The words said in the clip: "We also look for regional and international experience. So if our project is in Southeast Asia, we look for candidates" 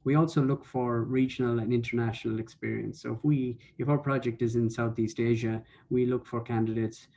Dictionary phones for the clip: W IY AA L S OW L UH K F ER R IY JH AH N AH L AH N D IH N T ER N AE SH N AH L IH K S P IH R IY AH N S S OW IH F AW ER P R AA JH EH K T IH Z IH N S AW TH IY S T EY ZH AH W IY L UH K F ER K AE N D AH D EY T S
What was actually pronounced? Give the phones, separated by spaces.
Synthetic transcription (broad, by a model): W IY AA L S OW L UH K F ER R IY JH AH N AH L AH N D IH N T ER N AE SH N AH L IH K S P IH R IY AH N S S OW IH F AW ER P R AA JH EH K T IH Z IH N S AW TH IY S T EY ZH AH W IY L UH K F ER K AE N D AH D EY T S